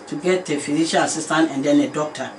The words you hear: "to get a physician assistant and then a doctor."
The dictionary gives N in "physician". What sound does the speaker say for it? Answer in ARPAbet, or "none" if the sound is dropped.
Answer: L